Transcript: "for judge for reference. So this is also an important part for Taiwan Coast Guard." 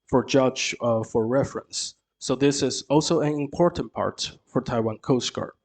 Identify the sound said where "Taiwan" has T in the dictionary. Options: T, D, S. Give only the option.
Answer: T